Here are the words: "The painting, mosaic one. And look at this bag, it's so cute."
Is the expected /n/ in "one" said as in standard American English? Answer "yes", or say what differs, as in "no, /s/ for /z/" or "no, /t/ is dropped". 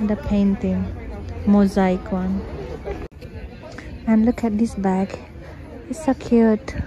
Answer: yes